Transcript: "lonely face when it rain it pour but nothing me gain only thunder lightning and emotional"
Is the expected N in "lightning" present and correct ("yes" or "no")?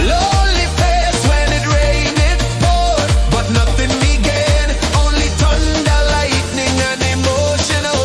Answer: yes